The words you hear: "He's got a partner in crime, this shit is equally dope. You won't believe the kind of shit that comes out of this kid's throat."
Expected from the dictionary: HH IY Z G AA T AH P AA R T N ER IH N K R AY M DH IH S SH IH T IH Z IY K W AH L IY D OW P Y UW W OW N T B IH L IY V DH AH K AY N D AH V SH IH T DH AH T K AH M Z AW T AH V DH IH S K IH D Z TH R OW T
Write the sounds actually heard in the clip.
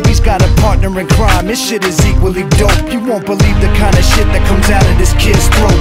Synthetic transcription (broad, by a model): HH IY Z G AA T AH P AA R T N ER IH N K R AY M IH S SH IH T IH Z IY K W AH L IY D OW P Y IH W OW N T B IH L IY V DH AH K AY N D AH SH IH T DH AH T K AH M Z AW T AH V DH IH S K IH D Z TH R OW